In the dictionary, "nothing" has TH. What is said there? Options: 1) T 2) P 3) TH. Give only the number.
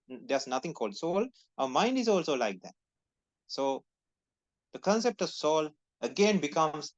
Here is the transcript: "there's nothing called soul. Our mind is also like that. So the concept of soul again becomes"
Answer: 1